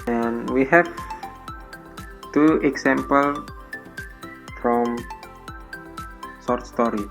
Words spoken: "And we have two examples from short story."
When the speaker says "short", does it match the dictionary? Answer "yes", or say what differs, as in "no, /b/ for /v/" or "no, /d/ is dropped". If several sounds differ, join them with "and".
no, /s/ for /ʃ/